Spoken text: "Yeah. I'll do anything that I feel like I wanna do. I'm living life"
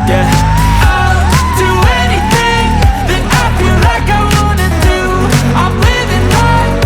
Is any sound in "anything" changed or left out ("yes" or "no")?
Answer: no